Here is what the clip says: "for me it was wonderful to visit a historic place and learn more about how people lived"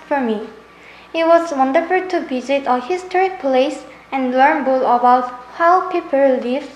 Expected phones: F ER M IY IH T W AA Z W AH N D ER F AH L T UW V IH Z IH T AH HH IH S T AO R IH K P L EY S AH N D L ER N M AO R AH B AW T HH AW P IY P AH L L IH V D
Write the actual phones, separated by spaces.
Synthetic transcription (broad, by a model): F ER M IY IH T W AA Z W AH N D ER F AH L T UW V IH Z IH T AH HH IH S T AO R IH K P L EY S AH N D L ER N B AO L AH B AW T HH AW P IY P AH L L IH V